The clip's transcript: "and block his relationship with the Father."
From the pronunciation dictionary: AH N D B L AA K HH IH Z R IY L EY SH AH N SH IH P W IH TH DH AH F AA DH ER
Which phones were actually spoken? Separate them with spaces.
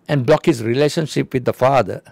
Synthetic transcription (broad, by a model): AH N B L AA K HH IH S R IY L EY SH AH N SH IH P W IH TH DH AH F AA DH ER